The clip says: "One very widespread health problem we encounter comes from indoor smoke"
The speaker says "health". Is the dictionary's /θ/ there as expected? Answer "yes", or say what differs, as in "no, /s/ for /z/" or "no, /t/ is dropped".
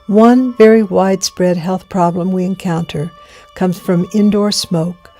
yes